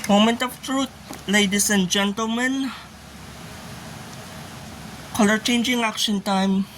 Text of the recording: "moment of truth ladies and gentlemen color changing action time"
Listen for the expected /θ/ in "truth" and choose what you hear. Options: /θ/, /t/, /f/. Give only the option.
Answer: /t/